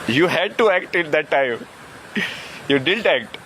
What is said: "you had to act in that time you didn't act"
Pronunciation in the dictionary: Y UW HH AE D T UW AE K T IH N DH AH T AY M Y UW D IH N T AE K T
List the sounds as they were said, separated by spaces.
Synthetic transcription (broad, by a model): Y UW HH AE D T UW AE K T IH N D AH T AY M Y UW D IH L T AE K T